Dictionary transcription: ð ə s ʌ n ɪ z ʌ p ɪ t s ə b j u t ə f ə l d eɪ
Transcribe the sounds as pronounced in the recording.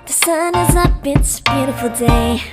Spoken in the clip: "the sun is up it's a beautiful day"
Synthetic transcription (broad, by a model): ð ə s ʌ n ɪ z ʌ b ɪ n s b j u t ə f l d eɪ